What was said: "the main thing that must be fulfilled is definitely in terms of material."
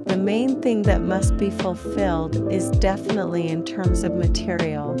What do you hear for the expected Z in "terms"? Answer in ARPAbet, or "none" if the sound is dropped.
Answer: Z